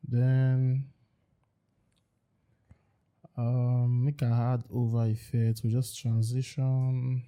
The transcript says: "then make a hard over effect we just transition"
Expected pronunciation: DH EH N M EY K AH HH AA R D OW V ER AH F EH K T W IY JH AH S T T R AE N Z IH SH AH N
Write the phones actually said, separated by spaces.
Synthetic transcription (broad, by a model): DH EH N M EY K AH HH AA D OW V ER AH F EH T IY JH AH S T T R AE N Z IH SH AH N